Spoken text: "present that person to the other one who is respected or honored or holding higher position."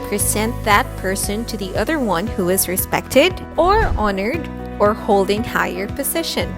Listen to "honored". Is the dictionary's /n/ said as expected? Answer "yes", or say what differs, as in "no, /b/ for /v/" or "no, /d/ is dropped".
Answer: yes